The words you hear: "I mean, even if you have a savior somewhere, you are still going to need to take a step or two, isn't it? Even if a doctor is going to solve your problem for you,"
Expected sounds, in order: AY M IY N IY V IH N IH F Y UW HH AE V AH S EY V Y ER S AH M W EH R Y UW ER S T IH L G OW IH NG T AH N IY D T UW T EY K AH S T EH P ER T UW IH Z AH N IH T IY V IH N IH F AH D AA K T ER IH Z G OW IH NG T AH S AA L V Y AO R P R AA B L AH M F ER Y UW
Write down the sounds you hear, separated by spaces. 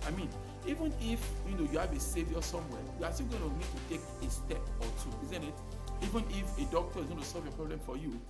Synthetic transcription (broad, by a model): AY M IY N IY V IH N IH F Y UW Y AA B AH S EY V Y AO S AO M W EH Y UW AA S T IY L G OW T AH N IY D T UW T EY K AH S T EH P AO T UW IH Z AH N IH T IY V IH N IH F AH D AA K T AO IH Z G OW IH T AH S AA L V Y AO P R AA B L AH M F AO Y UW